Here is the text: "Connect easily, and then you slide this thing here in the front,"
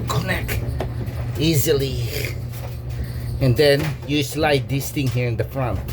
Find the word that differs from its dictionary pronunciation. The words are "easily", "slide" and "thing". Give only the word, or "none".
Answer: thing